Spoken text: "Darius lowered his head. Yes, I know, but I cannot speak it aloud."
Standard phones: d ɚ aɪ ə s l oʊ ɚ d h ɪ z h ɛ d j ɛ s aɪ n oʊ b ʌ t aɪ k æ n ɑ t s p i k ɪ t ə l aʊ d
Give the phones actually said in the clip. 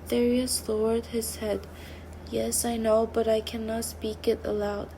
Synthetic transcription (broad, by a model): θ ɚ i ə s l oʊ ɚ d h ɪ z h ɛ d j ɛ s aɪ n oʊ b ʌ t aɪ k æ n ɑ t s p i k ɪ t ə l aʊ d